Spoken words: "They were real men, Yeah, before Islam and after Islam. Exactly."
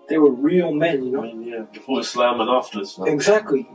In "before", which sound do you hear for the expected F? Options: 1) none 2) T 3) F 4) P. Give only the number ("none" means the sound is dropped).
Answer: 1